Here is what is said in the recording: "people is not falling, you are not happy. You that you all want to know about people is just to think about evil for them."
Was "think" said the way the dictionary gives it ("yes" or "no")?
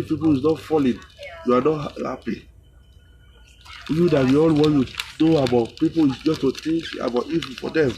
no